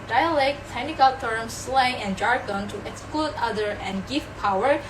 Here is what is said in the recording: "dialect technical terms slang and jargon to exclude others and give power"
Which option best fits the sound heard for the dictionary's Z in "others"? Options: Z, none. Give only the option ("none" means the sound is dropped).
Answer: none